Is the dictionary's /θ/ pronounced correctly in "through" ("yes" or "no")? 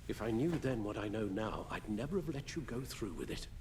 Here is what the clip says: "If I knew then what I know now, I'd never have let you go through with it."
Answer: yes